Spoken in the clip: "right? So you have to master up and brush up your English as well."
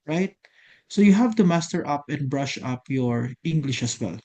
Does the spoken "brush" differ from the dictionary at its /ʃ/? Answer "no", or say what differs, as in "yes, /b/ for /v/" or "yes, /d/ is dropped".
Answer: no